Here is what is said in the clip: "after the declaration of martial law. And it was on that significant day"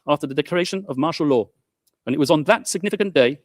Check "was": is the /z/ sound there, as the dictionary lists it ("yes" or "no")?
yes